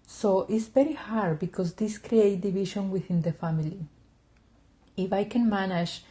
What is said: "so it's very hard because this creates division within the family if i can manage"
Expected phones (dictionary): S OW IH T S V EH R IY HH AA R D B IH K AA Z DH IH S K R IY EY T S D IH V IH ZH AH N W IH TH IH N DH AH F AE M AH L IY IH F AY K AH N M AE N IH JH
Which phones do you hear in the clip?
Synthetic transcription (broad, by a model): S OW IH T S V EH R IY HH AA R D B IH K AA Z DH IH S K R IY EY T D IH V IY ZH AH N W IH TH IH N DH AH F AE M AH L IY IH F AY K AH N M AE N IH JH